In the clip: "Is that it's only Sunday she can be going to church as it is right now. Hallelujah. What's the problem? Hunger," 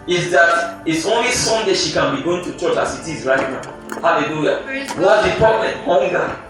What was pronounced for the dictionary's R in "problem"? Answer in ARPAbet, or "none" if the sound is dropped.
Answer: none